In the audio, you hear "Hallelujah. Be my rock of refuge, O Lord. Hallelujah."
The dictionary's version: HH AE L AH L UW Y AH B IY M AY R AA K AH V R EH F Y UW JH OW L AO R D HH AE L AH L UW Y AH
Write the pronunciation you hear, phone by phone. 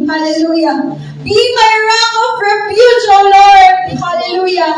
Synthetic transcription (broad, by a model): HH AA L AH L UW Y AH B IY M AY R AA AH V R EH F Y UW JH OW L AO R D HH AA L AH L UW Y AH